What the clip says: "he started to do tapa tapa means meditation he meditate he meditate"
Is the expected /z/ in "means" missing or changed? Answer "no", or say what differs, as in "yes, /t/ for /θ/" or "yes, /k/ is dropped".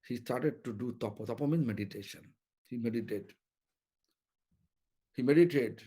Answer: yes, /z/ is dropped